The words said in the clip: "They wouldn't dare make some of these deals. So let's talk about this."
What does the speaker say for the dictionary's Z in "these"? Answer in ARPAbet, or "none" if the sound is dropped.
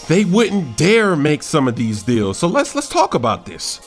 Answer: Z